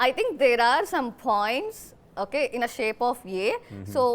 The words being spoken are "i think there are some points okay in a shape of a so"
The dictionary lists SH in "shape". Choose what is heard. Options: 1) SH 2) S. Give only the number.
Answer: 1